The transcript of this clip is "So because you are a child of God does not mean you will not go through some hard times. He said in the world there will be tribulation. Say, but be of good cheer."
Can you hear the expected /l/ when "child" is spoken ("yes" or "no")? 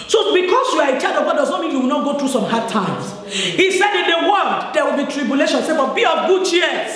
no